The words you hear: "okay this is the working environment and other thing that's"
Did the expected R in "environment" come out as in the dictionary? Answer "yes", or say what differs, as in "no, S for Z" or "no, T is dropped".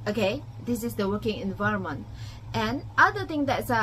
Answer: yes